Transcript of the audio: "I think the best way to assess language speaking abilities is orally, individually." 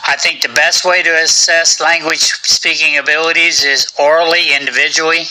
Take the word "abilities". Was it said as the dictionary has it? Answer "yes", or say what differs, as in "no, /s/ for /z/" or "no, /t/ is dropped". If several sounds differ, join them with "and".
yes